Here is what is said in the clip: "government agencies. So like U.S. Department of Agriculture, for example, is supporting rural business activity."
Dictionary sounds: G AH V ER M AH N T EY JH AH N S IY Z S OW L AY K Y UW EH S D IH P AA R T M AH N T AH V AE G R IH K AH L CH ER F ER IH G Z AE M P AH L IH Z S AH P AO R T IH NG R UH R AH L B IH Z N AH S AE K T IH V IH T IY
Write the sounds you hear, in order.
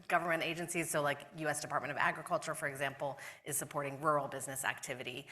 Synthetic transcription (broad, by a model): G AH V ER M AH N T EY JH AH N S IY Z S OW L AY K Y UW EH S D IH P AA R T M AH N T AH V AE G R IH K AH L CH ER F ER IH G Z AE M P L IH Z S AH P AO R T IH NG R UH R L B IH Z N AH S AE K T IH V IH T IY